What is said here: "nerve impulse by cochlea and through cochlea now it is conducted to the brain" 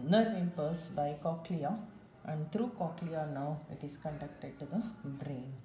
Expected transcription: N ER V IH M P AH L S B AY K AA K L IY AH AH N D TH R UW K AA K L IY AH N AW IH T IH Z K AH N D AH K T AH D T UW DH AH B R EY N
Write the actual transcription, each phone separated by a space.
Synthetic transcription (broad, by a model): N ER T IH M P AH S B AY K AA K L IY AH AH N D T R UW K AA K L IY AH N AW IH T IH S K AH N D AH K T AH D T UW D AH B R EY N